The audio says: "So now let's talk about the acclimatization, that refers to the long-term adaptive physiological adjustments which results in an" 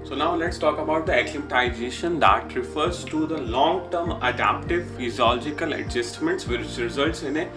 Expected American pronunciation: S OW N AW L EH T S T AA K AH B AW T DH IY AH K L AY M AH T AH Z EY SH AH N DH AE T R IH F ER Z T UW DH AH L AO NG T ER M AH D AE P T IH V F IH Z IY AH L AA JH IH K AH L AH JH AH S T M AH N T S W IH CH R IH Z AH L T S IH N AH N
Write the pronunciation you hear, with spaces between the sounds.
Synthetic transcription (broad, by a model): S OW N AW L EH T S T AA K AH B AW T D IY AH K L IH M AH T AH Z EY SH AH N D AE T R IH F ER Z T UW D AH L AO NG T ER M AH D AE P T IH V F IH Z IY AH L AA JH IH K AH L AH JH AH S T M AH N T S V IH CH R IH Z AH L T S IH N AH